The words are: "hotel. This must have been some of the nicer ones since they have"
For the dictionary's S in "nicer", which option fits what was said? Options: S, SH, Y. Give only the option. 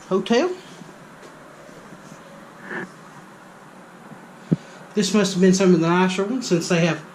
SH